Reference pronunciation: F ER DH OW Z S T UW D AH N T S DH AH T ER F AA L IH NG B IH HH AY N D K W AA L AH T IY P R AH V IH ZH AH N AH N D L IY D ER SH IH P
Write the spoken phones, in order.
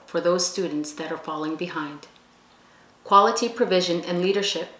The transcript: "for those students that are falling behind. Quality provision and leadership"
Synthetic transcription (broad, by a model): F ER DH OW Z S T UW D N T S DH AH T ER F AA L IH NG B IH HH AY N D K W AA L AH T IY P R AH V IH ZH AH N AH N L IY D ER SH IH P